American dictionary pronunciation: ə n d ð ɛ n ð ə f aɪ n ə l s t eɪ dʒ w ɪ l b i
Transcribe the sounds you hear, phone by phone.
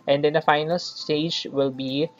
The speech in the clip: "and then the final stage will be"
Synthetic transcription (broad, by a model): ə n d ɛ n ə f aɪ n ə l s t eɪ dʒ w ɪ l b i